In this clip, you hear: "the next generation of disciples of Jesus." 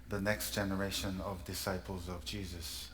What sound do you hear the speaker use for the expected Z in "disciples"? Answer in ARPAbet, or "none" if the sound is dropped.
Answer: Z